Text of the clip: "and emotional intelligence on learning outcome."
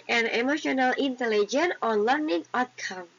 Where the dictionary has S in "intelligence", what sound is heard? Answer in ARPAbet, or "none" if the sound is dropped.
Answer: none